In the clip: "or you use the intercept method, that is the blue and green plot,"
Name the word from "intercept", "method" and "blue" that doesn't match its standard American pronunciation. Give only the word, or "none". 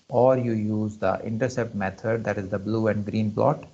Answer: method